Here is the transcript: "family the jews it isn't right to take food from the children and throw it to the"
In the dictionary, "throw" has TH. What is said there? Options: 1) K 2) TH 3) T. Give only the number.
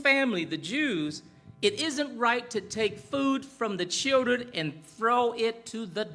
2